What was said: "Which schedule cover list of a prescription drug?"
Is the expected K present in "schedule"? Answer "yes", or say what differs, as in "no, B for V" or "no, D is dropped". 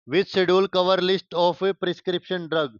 no, K is dropped